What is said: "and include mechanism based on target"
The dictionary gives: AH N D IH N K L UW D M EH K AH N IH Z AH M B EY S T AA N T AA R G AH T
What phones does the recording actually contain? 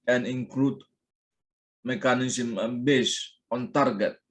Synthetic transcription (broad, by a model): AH N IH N K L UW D M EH K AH N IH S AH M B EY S AA N T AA R G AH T